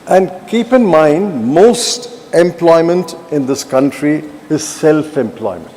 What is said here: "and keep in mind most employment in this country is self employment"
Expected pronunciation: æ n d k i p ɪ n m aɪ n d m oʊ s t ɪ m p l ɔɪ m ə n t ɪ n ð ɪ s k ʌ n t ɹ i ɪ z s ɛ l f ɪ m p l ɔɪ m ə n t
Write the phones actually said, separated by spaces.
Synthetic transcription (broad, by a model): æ n d k i p ɪ n m aɪ n d m oʊ s t ɪ m p l ɔɪ m ə n t ɪ n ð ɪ s k ʌ n t ɹ i ɪ z s ɛ l f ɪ m p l ɔɪ m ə n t